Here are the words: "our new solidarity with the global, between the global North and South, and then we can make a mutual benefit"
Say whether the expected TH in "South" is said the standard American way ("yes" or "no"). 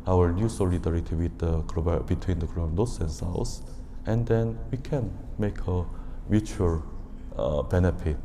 no